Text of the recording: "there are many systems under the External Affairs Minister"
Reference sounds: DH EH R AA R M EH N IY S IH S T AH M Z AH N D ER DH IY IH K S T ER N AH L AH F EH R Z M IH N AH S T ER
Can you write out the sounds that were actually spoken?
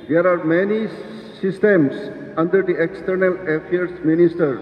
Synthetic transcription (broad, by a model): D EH R AA R M EH N IY S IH S T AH M S AH N D ER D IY IH K S T ER N AH L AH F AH R S M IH N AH S T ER